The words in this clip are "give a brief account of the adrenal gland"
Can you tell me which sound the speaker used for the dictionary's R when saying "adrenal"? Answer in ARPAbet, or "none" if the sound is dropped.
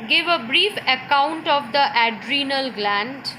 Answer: R